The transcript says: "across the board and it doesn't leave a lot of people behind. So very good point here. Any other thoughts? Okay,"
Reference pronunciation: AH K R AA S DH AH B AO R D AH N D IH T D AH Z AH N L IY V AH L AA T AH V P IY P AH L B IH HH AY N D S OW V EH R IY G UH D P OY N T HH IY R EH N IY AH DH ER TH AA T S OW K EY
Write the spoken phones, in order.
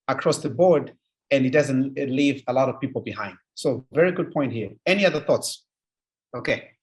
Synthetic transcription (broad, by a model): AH K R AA S DH AH B AO R D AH N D IH T D AH Z AH N L IY V AH L AA T AH V P IY P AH L B IH HH AY N D S OW V EH R IY G UH D P OY N T HH IY R EH N IY AH DH ER TH AA T S OW K EY